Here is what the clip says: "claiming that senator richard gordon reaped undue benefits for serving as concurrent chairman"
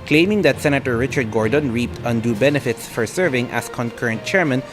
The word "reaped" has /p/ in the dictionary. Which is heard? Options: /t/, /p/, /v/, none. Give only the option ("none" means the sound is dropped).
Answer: /p/